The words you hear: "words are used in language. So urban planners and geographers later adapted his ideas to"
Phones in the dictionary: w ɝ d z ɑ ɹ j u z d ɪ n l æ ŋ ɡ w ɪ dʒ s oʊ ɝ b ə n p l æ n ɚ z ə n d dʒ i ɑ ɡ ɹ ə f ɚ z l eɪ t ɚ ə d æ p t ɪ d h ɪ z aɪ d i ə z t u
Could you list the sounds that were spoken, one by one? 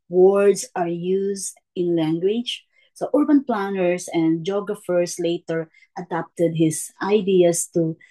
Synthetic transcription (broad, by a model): w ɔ d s ɑ ɹ j u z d ɪ n l æ ŋ ɡ w ɪ dʒ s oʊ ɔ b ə n p l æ n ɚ s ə n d dʒ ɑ ɡ ɹ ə f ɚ s l eɪ t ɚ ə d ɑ p t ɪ d h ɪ s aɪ d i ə s t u